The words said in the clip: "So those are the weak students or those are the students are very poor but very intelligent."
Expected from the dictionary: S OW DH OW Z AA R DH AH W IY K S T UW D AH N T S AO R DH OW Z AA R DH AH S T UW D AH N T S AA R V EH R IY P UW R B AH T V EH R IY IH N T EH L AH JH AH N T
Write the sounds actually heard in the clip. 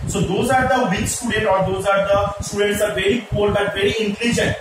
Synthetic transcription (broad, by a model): S OW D OW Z AA R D AH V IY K S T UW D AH N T AO R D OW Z AA R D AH S T UW D AH N T S AA R V EH R IY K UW L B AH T V EH R IY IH N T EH L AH JH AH N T